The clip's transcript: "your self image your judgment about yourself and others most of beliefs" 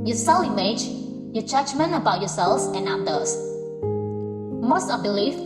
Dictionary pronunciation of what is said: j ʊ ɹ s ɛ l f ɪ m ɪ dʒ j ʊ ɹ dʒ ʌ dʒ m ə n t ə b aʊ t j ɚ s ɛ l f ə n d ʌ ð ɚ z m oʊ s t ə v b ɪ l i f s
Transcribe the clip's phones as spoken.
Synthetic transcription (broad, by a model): j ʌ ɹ s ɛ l ɪ m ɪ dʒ j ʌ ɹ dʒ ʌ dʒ m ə n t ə b aʊ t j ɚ s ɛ l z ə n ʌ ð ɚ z m oʊ s t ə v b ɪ l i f